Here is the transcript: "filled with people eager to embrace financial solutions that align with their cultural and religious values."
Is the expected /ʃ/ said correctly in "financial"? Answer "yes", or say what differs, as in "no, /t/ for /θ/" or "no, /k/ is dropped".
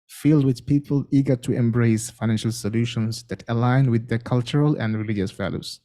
yes